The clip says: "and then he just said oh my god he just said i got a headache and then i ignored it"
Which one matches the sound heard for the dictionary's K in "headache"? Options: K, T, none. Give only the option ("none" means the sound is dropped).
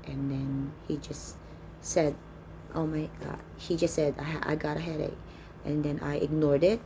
none